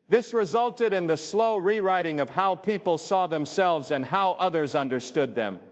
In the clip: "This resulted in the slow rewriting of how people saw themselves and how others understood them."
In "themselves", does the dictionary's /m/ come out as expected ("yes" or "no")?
yes